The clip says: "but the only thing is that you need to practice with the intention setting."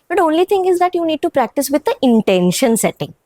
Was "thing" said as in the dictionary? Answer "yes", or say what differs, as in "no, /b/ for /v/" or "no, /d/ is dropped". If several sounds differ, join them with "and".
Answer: no, /t/ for /θ/